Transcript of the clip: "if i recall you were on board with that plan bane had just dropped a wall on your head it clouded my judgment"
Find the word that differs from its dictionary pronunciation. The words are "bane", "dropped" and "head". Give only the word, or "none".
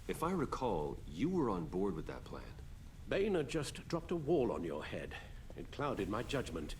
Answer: none